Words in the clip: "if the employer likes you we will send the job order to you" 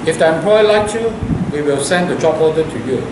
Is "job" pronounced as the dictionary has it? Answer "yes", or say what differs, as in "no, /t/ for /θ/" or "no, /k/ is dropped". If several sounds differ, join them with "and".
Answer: no, /tʃ/ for /dʒ/